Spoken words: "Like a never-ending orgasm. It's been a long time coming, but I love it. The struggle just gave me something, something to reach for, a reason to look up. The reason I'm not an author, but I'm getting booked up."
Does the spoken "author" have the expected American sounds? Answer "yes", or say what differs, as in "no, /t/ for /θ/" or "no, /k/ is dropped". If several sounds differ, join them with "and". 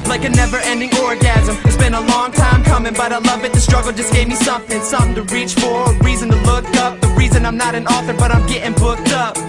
yes